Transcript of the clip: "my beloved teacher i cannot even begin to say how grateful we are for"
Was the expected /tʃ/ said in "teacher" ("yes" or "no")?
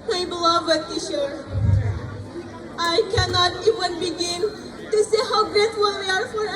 no